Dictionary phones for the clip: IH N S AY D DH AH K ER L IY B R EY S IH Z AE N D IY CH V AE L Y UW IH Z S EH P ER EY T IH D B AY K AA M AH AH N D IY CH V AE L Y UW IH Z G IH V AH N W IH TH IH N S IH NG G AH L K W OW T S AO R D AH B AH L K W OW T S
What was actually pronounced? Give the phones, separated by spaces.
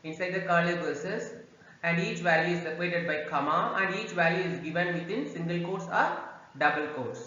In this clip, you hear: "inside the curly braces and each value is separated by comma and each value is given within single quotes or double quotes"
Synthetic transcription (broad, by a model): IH N S AY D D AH K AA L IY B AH S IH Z AE N D IY CH V AE L Y UW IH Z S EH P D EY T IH D B AY K AA M AH AH N D IY CH V AE L Y UW IH Z G IH V AH N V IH T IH N S IH NG G AH L K OW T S AO R D AH B AH L K OW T S